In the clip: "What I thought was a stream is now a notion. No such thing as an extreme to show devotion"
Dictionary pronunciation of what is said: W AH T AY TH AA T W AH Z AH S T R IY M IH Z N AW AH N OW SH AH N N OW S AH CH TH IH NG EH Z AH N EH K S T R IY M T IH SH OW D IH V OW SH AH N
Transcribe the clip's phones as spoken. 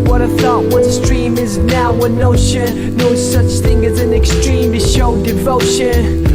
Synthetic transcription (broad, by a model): W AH T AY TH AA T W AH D S T R IY M IH Z N AW AH N OW SH AH N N OW S AH CH TH IH NG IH Z AH N EH K S T R IY M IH SH OW D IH V OW SH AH N